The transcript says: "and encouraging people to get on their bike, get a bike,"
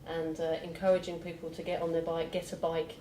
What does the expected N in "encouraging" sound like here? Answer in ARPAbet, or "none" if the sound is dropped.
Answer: N